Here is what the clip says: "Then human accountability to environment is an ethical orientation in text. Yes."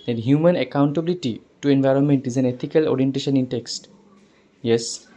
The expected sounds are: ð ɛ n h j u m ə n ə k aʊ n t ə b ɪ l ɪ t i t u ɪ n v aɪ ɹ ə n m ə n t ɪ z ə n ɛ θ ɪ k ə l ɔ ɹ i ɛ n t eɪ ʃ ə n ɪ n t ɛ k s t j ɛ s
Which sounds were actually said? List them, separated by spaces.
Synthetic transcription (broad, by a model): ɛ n h j u m ə n ə k aʊ n t ə b ɪ l ɪ t i t u ɪ n v aɪ ɹ ə n m ə n t ɪ z ə n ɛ t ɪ k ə l ɔ ɹ i ɛ n t eɪ ʃ ə n ɪ n t ɛ k s t j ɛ s